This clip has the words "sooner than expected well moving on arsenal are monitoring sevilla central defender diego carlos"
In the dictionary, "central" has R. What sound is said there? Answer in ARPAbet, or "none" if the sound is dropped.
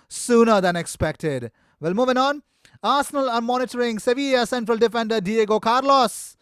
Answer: R